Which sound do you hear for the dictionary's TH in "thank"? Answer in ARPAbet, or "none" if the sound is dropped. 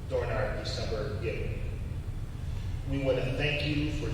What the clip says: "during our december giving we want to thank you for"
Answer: TH